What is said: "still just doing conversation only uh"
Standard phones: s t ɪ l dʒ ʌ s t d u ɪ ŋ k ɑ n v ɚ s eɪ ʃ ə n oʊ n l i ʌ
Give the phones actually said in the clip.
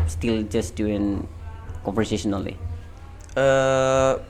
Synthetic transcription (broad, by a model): s t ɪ l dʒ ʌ s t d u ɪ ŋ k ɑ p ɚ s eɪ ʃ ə n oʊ l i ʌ